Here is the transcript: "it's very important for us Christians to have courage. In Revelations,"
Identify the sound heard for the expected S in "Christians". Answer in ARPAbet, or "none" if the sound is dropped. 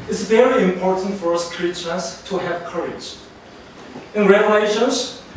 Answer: none